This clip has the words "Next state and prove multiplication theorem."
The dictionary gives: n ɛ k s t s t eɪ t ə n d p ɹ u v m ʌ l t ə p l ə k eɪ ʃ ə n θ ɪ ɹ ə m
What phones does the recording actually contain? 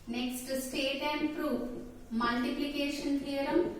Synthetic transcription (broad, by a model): n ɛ k s t s t eɪ t ə n d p ɹ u p m ʌ l t ə p l ə k eɪ ʃ ə n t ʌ ɹ ə m